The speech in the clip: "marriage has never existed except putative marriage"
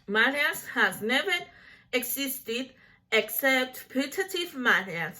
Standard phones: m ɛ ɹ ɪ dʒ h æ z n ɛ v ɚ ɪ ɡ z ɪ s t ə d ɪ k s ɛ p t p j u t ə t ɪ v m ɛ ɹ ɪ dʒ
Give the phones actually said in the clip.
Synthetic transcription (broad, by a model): m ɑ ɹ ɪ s h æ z n ɛ v ɚ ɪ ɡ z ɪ s t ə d ɪ k s ɛ p t p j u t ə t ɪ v m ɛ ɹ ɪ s